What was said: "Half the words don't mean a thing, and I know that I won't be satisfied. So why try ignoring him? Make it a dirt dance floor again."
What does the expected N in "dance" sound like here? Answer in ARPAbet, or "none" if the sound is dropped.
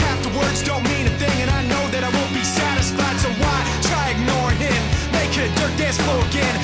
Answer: none